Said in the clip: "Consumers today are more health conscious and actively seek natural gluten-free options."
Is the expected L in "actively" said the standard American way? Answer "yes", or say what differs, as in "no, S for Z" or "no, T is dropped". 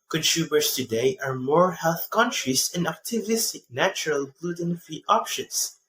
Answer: no, L is dropped